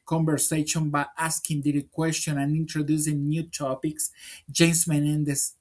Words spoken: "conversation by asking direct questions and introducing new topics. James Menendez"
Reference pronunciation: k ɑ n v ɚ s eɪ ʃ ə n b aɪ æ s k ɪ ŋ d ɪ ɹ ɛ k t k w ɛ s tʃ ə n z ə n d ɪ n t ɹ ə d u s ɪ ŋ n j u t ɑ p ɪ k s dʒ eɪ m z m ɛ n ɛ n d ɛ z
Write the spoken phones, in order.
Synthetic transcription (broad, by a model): k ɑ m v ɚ s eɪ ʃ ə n b aɪ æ s k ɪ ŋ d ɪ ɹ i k k w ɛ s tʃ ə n ə n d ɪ n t ɹ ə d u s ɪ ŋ n j u t ɑ p ɪ k s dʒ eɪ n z m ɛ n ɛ n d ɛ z